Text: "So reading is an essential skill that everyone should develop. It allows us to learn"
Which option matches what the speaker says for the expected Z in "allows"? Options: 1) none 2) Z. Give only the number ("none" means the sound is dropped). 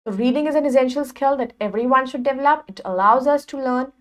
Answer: 2